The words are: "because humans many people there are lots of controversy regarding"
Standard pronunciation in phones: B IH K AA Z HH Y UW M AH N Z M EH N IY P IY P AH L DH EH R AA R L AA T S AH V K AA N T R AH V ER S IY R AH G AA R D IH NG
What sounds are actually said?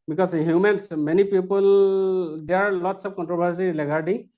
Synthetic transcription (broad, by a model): B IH K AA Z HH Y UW M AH N S M EH N IY P IY P AH L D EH AA R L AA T S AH P K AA N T R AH B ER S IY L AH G AA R D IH